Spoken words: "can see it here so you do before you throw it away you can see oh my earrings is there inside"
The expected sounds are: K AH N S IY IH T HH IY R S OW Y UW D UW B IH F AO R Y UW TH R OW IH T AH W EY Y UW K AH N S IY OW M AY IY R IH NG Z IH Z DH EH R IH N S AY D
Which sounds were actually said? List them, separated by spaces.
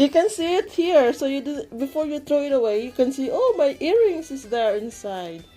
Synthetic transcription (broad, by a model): K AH N S IY IH T HH IY R S OW Y UW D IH B IH F AO R Y UW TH R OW IH T AH W EY Y UW K AH N S IY OW M AY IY R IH NG S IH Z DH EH R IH N S AY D